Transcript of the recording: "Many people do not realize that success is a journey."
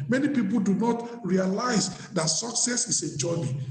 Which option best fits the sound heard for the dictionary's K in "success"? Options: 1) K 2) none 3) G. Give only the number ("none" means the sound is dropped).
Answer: 1